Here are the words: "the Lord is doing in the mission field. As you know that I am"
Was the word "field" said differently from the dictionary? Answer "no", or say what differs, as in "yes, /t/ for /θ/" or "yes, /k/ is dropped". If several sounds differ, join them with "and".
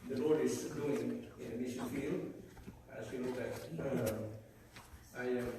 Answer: yes, /d/ is dropped